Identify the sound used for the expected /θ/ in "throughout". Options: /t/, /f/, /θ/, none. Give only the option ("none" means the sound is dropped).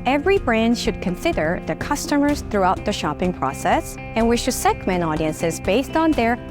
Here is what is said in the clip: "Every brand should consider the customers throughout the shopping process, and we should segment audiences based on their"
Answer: /θ/